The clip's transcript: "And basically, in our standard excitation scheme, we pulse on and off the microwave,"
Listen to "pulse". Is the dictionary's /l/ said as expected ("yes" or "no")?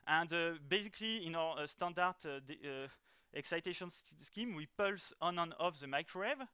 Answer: yes